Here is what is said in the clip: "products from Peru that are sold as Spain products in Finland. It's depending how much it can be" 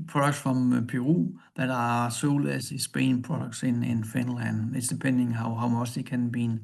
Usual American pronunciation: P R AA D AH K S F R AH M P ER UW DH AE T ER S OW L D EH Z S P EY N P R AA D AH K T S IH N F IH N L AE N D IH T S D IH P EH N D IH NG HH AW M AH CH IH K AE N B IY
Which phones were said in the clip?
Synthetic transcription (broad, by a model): P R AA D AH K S F R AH M P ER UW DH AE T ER S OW L EH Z S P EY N P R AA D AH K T S IH N F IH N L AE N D IH T S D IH P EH N D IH NG HH AW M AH S IH K AE N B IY